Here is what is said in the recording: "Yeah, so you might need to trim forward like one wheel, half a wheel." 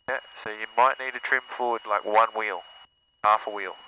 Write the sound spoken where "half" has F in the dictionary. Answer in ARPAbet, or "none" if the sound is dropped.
F